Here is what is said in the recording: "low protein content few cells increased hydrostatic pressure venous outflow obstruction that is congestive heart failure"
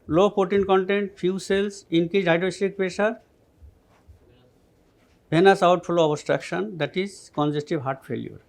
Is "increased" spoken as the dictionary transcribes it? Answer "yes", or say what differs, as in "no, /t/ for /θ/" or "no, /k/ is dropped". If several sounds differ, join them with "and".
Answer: no, /ɹ/ is dropped